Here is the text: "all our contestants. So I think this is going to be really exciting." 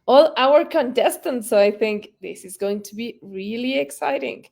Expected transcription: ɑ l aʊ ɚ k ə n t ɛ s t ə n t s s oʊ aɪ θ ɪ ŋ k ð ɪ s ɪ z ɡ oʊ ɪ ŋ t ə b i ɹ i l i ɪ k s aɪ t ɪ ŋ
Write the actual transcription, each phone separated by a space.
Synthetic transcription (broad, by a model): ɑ l aʊ ɚ k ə n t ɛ s t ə n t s s oʊ aɪ θ ɪ ŋ k ð ɪ s ɪ z ɡ oʊ ɪ ŋ t ə b i ɹ i l i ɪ k s aɪ t ɪ ŋ